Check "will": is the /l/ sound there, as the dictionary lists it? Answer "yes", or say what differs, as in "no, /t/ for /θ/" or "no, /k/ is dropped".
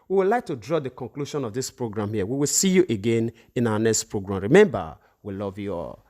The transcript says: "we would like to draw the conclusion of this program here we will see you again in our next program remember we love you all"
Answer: yes